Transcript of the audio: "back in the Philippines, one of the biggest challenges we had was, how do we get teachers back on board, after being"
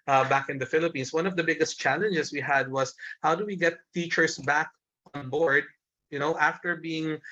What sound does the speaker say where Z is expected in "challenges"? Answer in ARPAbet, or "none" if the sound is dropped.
S